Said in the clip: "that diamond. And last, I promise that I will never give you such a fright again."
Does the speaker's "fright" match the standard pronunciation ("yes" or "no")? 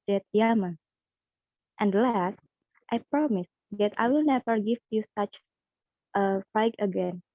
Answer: no